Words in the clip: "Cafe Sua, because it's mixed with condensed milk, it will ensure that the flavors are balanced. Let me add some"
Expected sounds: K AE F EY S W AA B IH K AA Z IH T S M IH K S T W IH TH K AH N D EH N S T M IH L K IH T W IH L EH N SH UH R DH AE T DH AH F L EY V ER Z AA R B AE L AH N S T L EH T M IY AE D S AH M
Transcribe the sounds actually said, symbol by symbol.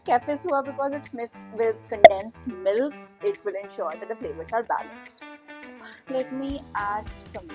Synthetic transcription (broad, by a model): K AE F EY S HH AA B IH K AA Z IH T S M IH S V IH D K AH N D EH N S T M IH L K IH T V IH L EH N SH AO R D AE T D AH F L EY V ER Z AA R B AE L AH N S T L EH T M IY AE D S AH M